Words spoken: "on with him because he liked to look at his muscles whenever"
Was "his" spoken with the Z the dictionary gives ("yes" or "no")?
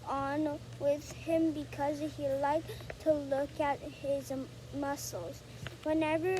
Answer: yes